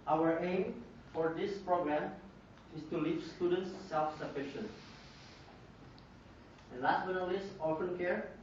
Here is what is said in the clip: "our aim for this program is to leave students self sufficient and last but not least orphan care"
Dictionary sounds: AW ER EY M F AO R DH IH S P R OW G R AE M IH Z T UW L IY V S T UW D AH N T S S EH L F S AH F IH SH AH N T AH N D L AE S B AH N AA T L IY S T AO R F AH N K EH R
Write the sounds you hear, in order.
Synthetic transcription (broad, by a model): AW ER EY M F AO R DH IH S P R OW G R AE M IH S T UW L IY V S T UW D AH N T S S EH L F S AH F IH SH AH N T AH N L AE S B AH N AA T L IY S AO L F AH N K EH R